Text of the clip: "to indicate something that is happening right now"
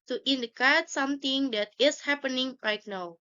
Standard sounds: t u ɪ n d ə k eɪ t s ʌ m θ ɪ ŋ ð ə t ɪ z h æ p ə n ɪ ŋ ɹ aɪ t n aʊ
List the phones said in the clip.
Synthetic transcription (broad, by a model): t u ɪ n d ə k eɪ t s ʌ m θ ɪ ŋ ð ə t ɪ s h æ p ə n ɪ ŋ l aɪ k n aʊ